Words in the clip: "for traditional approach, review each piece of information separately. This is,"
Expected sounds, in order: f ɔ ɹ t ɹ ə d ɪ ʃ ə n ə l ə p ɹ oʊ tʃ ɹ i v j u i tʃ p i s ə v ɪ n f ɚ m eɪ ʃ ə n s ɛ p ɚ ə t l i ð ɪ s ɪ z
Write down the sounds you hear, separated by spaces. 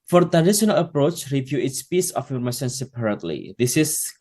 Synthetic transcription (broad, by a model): f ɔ ɹ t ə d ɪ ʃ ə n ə l ə p ɹ oʊ tʃ ɹ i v j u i s p i s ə f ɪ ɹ m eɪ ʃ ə n s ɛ p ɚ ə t l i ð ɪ s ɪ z